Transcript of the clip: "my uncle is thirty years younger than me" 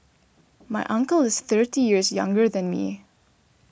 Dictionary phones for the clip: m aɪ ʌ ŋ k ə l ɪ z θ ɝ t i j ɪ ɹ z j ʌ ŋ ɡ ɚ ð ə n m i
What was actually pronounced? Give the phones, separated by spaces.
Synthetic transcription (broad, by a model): m aɪ ʌ ŋ k ə l ɪ z θ ɝ t i j ɪ ɹ z j ʌ ŋ ɡ ɚ ð ə n m i